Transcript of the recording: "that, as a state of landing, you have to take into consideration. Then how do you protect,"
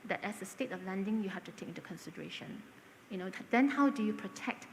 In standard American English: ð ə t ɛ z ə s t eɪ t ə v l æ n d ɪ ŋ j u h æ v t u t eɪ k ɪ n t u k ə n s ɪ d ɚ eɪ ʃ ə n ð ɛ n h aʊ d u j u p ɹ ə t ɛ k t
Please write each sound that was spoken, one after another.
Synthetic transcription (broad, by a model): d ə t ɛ s ə s t eɪ t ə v l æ n d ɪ ŋ j u h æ f t u t eɪ k ɪ n t u k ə n s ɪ d ɚ eɪ ʃ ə n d ɛ n h aʊ d u j u p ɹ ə t ɛ k t